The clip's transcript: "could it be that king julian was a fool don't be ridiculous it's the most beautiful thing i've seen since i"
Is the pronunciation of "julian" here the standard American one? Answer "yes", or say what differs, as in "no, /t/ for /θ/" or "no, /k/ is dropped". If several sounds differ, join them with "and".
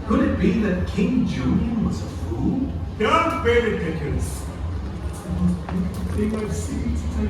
no, /n/ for /l/